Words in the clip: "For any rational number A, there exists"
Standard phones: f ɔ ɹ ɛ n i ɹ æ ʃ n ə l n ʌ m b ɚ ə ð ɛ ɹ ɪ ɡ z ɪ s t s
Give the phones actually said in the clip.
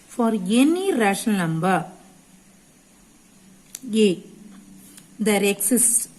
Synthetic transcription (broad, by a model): f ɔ ɹ ɛ n i ɹ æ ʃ ə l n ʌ m b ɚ ə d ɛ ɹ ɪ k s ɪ s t